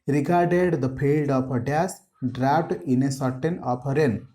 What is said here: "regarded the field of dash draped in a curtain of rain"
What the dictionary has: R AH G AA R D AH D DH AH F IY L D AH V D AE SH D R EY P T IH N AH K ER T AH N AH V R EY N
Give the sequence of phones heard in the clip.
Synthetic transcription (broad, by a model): R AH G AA R D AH D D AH P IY L D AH P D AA S D R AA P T IH N AH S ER T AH N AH P R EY N